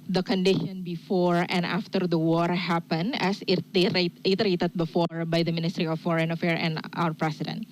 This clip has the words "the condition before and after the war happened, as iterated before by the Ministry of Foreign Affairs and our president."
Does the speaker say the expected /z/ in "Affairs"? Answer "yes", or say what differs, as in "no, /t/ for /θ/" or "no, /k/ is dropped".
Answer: no, /z/ is dropped